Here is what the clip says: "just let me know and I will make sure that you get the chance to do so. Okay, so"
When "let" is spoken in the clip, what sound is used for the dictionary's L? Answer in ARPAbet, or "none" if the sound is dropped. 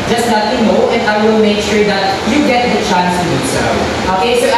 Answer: N